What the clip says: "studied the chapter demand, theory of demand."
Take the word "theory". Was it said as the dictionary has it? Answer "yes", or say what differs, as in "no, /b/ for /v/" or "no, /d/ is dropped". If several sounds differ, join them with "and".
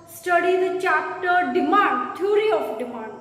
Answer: no, /t/ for /θ/